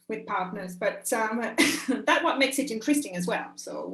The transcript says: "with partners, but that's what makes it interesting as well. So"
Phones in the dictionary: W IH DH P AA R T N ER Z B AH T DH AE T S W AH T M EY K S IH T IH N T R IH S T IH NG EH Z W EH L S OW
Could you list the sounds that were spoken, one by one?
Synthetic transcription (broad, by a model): W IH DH P AA R T N ER Z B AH T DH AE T W AH T M EY K S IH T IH N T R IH S T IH NG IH Z W EH L S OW